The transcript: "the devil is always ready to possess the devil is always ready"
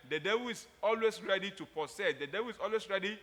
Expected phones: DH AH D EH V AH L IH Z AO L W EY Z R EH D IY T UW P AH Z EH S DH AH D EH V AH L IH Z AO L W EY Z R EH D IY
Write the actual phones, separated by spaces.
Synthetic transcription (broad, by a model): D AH D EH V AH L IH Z AO L W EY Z R EH D IY T UW P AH S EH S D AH D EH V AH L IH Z AO L W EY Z R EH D IY